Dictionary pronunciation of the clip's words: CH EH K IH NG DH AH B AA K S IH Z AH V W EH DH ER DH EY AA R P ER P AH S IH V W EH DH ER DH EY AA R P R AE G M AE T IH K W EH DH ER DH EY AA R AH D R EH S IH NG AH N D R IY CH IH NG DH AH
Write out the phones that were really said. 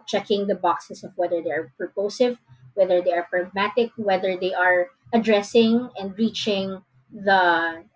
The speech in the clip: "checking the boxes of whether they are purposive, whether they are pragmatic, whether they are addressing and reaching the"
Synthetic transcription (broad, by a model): CH EH K IH NG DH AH B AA K S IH S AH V W EH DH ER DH EY AA R P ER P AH S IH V W EH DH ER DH EY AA R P R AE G M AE T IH K W EH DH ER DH EY AA R AH D R EH S IH NG AH N D R IY CH IH NG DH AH